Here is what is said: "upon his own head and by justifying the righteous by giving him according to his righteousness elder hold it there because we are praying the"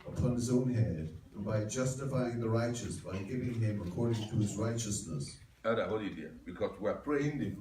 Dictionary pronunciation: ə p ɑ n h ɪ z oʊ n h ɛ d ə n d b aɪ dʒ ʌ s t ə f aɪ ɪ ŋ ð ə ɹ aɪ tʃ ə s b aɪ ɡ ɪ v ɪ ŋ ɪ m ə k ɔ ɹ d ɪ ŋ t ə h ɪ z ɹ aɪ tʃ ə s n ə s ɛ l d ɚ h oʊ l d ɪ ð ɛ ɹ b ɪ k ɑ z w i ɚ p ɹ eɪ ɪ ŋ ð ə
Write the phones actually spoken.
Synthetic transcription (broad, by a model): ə p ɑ n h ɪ z oʊ n h ɛ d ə b aɪ dʒ ʌ s t ə f aɪ ɪ ŋ ð ə ɹ aɪ tʃ ə s b aɪ ɡ ɪ v ɪ ŋ ɪ m ə k ɔ ɹ d ɪ ŋ t ə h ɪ z ɹ aɪ tʃ ə s n ə s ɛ d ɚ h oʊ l ɪ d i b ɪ k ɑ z w i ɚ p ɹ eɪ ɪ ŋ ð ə